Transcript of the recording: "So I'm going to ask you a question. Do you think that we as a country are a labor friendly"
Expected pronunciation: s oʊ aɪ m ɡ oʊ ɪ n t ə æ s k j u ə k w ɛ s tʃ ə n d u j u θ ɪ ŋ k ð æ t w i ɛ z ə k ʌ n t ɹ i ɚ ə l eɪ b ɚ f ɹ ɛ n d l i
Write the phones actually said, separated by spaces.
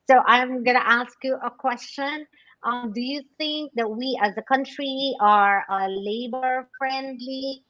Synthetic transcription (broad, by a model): s oʊ aɪ m ɡ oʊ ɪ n t æ s k j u ə k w ɛ s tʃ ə n d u j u θ ɪ ŋ k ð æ t w i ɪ z ə k ʌ n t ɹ i ɚ ə l eɪ b ɚ f ɹ ɛ n d l i